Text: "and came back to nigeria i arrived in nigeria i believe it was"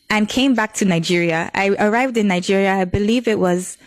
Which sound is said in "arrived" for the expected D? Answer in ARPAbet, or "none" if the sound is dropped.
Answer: D